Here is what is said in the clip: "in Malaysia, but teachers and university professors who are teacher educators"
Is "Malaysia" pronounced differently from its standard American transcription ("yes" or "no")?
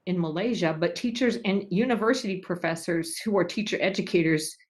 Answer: no